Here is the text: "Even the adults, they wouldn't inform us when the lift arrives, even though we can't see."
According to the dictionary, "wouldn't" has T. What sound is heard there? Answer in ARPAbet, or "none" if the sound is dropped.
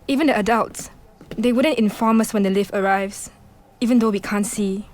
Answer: T